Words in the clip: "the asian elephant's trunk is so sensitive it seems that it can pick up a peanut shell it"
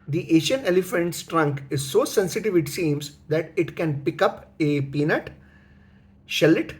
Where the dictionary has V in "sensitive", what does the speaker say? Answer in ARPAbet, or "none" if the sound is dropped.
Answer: V